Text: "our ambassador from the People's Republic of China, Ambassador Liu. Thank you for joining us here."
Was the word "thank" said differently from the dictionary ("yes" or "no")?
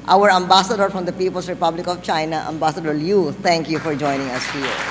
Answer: yes